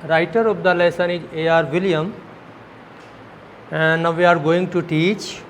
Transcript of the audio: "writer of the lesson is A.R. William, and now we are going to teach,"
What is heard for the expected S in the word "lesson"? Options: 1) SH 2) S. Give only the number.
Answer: 2